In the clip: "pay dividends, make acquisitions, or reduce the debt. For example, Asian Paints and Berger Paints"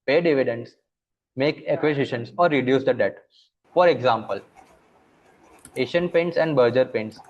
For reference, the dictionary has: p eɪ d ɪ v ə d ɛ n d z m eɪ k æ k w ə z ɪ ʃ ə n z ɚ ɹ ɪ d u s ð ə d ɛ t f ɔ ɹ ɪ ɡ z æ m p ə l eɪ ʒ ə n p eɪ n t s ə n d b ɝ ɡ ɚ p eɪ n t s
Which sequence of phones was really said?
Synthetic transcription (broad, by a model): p eɪ d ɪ v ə d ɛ n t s m eɪ k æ k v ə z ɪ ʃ ə n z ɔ ɹ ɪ d u s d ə d ɛ t f ɔ ɹ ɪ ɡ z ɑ m p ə l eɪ ʃ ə n p eɪ n t s ə n d b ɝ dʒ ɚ p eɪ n t s